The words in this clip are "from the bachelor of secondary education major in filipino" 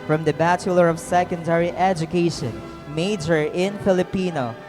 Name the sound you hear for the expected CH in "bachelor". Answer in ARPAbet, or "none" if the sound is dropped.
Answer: CH